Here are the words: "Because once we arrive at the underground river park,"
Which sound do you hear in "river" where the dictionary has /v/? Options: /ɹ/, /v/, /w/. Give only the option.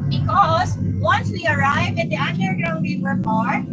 /w/